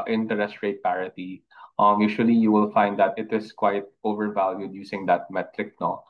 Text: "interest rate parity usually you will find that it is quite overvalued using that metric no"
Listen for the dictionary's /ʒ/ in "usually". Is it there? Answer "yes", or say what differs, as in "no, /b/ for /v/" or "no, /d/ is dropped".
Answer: no, /ʃ/ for /ʒ/